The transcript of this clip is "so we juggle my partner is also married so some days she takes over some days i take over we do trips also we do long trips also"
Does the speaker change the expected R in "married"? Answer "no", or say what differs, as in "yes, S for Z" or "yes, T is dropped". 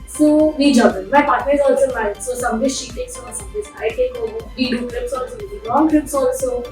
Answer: yes, R is dropped